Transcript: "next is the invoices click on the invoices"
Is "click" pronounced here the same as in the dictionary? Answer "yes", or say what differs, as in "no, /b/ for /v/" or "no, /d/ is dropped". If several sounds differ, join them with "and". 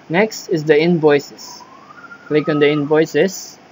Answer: yes